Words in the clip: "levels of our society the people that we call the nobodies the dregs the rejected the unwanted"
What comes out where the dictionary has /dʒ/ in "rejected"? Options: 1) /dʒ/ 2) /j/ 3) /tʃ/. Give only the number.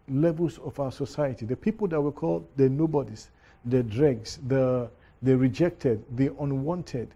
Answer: 1